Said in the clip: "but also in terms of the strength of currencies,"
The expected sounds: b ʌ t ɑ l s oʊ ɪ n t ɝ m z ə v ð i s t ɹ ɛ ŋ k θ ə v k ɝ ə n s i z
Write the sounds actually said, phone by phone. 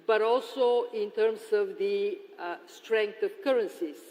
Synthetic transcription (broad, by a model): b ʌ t ɑ l s oʊ ɪ n t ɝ m s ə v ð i s t ɹ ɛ ŋ k t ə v k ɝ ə n s i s